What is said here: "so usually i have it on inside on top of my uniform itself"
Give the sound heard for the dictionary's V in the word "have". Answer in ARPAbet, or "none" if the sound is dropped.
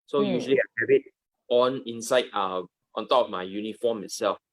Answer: B